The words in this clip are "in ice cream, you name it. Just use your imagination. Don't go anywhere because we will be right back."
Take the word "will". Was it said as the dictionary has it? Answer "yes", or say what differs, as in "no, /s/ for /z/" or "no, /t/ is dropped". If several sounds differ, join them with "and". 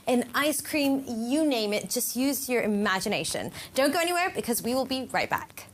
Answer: yes